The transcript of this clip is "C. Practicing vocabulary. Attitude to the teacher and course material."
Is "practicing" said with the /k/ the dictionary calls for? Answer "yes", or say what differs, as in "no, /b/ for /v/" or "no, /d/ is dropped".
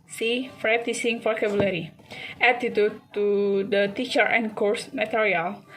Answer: no, /k/ is dropped